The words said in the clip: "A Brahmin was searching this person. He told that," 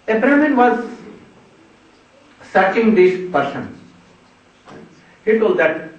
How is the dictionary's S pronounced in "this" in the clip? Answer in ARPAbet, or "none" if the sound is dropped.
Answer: SH